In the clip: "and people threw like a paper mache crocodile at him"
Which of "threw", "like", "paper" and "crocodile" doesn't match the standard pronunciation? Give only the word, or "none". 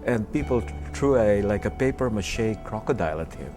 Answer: threw